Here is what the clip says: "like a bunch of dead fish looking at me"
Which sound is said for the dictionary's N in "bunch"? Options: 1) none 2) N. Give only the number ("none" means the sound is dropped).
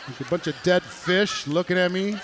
2